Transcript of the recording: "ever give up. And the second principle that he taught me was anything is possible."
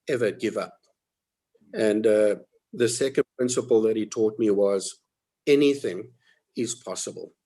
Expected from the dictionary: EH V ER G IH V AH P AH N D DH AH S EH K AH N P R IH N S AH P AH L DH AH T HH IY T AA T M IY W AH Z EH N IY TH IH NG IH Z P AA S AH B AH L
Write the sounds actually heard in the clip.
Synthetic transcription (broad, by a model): EH V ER G IH V AH P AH N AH DH AH S EH K AH N P R IH N S AH P AH L DH AH T HH IY T AA T M IY W AH Z EH N IY TH IH NG IH Z P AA S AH B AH L